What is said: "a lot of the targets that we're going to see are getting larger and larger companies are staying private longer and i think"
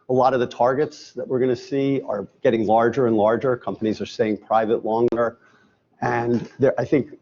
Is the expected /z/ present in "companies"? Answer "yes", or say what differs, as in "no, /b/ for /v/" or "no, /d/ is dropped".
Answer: yes